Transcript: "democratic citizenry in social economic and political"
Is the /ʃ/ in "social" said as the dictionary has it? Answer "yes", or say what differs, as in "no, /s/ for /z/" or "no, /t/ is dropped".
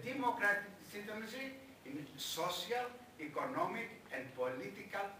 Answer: no, /s/ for /ʃ/